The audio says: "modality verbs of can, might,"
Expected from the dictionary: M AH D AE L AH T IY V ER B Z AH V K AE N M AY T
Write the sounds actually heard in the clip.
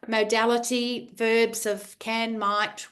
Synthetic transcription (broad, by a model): M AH D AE L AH T IY V ER B Z AH V K AE N M AY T